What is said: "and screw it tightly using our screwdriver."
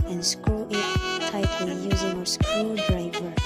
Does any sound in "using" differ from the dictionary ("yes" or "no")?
no